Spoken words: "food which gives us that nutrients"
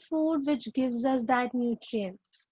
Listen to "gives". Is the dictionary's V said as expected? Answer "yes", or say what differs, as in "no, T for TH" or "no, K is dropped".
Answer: yes